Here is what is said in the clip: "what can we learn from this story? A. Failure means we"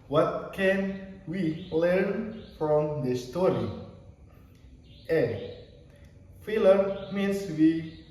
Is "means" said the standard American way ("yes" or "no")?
no